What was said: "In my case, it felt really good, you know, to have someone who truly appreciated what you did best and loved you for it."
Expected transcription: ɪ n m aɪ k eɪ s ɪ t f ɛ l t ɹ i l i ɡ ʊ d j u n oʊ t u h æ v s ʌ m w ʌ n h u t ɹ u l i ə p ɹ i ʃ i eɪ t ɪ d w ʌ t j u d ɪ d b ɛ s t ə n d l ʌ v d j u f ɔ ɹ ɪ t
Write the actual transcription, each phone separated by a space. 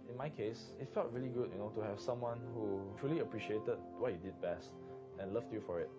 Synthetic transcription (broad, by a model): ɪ n m aɪ k eɪ s ɪ t f ɛ l t ɹ i l i ɡ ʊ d j u n oʊ t u h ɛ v s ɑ m w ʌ n h u t ɹ u l i ə p ɹ i ʃ i eɪ t ɪ d w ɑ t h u d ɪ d b ɛ s t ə n l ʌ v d j u f ɔ ɹ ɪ t